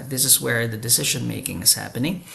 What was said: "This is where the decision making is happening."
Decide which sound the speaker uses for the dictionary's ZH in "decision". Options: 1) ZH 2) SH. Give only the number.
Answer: 1